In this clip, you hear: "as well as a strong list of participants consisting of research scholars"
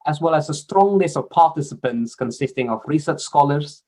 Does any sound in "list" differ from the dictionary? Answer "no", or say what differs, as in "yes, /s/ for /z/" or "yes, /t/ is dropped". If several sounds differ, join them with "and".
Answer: yes, /t/ is dropped